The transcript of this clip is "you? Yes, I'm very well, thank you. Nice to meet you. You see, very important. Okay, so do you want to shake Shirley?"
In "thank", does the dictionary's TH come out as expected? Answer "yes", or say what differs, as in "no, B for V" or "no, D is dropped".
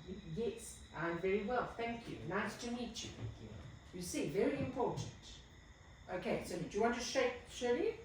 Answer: yes